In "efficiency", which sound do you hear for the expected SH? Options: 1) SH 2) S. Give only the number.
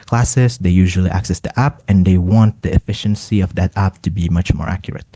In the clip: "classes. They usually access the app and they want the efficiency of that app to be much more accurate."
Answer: 1